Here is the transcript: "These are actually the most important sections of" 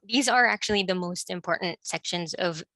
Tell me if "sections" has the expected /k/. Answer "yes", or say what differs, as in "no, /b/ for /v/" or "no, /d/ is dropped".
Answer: yes